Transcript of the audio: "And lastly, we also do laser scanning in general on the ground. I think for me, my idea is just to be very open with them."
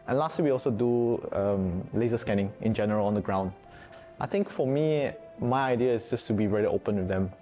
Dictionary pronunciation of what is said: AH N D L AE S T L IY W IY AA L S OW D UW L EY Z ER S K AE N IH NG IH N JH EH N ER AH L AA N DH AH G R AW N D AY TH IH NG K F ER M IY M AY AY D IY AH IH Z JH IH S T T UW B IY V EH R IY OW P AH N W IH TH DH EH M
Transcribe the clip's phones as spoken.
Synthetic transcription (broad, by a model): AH N L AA S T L IY W IY AA L S OW D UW L EY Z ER S K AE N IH NG IH N JH EH N ER AH L AA N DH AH G R AW N D AY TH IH NG K F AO M IY M AY AY D IY AH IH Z JH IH S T T UW B IY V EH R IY OW P AH N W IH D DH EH M